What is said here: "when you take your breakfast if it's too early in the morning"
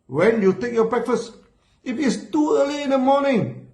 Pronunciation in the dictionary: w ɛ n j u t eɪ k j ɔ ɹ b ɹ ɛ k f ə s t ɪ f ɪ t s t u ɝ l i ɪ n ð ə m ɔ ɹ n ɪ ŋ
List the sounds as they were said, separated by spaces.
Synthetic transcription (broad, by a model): w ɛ n j u t eɪ k j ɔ b ɹ ɛ k f ə s t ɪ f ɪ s t u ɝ l i ɪ n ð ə m ɔ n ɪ ŋ